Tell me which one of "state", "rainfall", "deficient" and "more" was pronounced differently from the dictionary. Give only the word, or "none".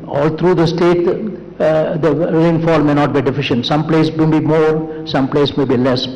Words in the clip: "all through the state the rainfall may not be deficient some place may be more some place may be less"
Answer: none